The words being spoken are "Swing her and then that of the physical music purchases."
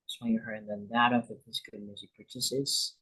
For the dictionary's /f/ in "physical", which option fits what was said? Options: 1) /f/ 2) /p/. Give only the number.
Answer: 2